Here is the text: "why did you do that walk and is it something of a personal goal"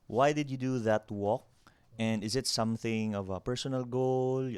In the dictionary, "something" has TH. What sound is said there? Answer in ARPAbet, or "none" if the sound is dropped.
TH